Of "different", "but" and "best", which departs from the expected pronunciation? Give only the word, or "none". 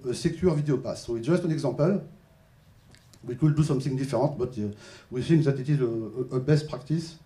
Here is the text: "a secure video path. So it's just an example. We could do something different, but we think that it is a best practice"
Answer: different